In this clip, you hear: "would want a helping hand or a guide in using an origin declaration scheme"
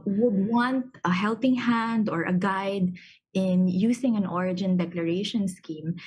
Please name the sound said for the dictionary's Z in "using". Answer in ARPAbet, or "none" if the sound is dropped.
S